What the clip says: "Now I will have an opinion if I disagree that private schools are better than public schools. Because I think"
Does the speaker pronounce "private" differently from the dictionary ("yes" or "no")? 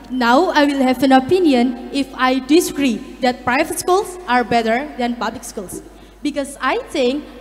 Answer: no